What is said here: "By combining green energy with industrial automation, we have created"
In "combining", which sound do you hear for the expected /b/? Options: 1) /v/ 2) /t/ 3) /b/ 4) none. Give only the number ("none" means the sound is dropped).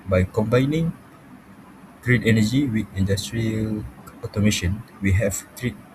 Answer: 3